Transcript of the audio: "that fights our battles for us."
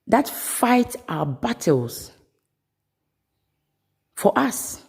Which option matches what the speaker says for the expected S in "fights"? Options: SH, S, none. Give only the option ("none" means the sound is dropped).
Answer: none